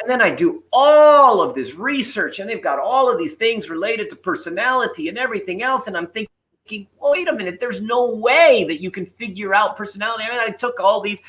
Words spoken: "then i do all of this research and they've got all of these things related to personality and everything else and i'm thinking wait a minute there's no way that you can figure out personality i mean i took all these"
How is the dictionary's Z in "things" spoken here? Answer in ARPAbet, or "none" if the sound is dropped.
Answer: Z